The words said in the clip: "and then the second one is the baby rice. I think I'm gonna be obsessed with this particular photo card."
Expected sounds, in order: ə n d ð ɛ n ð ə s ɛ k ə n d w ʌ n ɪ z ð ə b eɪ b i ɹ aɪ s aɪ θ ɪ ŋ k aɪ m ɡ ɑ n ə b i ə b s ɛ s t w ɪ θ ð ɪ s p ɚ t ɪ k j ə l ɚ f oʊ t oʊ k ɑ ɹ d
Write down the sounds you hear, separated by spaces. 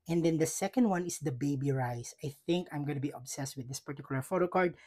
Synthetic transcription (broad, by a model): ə n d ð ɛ n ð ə s ɛ k ə n d w ʌ n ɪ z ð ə b eɪ b i ɹ aɪ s aɪ θ ɪ ŋ k aɪ m ɡ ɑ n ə b i ə b s ɛ s t w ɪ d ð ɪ s p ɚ t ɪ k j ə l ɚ f oʊ t oʊ k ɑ ɹ d